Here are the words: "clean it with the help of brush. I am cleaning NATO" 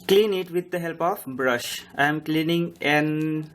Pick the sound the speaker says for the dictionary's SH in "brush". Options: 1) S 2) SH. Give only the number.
2